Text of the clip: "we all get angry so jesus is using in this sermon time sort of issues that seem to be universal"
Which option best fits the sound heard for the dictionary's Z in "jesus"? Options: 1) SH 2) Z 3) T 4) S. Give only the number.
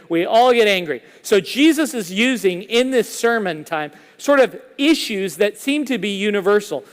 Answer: 2